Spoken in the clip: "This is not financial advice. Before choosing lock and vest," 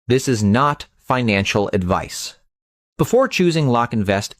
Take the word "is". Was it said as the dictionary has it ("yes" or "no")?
yes